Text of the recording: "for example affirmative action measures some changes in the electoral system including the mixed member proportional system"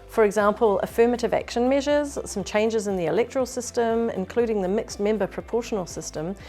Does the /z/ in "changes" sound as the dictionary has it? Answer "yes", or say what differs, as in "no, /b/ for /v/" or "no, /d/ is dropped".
yes